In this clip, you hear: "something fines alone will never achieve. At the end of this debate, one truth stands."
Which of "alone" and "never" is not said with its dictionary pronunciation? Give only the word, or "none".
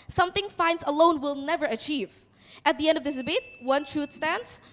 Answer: none